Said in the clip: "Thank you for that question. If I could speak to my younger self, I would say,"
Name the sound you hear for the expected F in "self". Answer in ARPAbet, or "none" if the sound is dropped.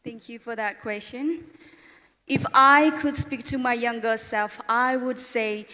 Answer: F